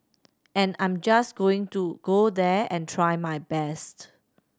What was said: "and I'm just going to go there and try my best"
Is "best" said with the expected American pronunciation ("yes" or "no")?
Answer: yes